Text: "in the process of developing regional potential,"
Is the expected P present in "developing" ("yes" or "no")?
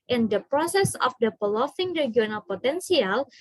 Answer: no